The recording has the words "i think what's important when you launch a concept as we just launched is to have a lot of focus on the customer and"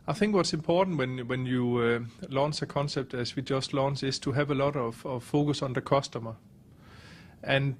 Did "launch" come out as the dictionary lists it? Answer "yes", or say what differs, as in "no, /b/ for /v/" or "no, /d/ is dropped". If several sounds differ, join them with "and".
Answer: no, /s/ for /tʃ/